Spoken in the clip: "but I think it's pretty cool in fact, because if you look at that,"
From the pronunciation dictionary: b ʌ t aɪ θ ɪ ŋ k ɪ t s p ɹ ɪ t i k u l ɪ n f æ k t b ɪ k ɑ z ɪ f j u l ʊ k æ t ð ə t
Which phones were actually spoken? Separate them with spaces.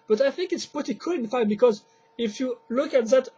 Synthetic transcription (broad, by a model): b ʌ t aɪ θ ɪ ŋ k ɪ t s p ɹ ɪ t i k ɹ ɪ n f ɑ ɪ b ɪ k ɑ z ɪ f j u l ʊ k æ t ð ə t